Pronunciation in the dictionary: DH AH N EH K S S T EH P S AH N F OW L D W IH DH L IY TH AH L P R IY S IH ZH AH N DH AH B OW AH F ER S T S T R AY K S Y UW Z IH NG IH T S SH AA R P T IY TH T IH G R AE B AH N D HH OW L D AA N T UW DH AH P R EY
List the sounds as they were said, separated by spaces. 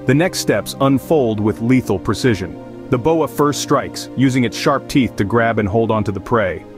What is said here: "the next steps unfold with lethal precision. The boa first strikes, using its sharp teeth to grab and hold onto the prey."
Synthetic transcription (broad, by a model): DH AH N EH K S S T EH P S AH N F OW L D W IH DH L IY TH L P R IY S IH ZH AH N DH AH B OW AH F ER S T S T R AY K S Y UW Z IH NG IH T S SH AA R P T IY TH T IH G R AE B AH N HH OW L D AA N T UW DH AH P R EY